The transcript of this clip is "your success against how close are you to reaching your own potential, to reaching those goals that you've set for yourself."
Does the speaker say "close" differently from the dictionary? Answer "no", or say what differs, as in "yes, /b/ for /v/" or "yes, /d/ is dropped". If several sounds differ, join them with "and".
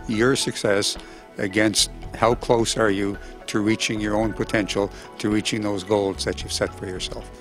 no